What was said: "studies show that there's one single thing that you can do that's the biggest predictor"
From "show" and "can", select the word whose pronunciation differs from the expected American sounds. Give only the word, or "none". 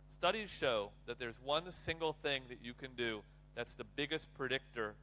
none